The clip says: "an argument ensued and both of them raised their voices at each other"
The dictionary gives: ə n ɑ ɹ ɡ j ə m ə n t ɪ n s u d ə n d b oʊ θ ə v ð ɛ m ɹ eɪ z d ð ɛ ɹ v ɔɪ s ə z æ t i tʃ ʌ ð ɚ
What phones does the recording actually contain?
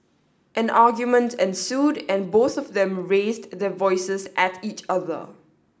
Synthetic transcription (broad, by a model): ə n ɑ ɡ j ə m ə n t ɪ n s u d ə n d b oʊ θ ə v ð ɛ m ɹ eɪ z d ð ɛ v ɔɪ s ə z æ t i tʃ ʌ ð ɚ